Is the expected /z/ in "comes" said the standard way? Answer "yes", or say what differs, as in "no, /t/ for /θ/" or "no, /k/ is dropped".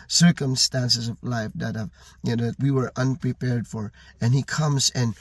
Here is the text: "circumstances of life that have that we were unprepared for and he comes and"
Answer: yes